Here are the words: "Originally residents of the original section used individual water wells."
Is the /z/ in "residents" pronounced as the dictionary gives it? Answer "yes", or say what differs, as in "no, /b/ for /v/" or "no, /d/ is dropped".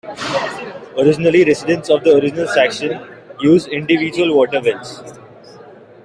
no, /s/ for /z/